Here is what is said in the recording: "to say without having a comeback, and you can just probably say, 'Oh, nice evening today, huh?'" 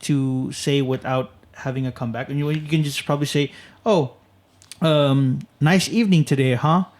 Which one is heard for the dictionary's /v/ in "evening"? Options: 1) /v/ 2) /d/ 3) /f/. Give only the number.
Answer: 1